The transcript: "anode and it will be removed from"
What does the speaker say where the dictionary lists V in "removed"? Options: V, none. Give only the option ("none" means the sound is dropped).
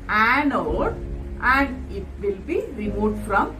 none